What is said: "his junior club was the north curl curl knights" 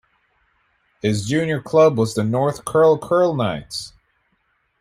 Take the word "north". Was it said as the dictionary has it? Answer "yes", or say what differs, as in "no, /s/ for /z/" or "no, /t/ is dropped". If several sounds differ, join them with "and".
yes